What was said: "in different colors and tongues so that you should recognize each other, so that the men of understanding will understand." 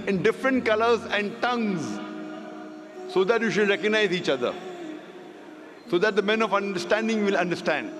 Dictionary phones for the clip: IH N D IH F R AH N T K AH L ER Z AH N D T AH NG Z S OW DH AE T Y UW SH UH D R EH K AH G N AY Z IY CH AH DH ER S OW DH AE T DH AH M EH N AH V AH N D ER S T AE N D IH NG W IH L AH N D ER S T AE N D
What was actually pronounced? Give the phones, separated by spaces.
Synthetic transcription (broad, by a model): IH N D IH F R AH N T K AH L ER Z AH N D T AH NG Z S OW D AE T Y UW SH UH D R EH K AH G N AY Z IY CH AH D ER S OW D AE T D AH M EH N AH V AH N D ER S T AE N D IH NG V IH L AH N D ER S T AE N D